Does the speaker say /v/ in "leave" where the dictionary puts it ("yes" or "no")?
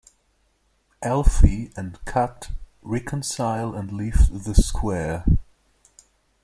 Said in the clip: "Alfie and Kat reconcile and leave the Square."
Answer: no